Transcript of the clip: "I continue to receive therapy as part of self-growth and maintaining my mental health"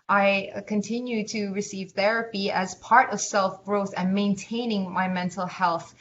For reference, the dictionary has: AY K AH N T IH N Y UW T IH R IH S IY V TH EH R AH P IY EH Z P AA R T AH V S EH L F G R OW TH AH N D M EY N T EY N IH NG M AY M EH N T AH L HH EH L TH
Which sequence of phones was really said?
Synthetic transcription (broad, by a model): AY K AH N T IH N Y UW T IH R IH S IY V TH EH R AH P IY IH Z P AA R T AH V S EH L F G R OW TH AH N M EY N T EY N IH NG M AY M EH N T L HH EH L TH